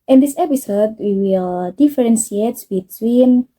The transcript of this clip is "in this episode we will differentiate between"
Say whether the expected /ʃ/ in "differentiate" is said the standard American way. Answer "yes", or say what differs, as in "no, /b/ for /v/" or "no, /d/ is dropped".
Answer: no, /s/ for /ʃ/